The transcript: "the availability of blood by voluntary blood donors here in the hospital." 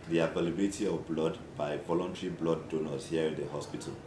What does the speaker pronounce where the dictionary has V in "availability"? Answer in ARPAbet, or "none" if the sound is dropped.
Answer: P